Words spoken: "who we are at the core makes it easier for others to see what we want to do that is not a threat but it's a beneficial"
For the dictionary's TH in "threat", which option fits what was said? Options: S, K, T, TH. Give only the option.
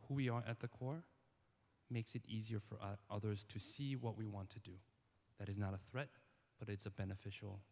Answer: TH